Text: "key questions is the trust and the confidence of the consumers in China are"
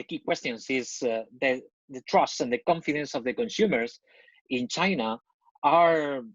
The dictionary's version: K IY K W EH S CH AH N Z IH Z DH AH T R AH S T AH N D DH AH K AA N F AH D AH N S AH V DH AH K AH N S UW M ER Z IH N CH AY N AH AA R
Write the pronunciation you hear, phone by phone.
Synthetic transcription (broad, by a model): K IY K W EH S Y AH N S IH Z DH AH T R AH S T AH N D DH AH K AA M F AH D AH N S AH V DH AH K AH N S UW M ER S IH N CH AY N AH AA R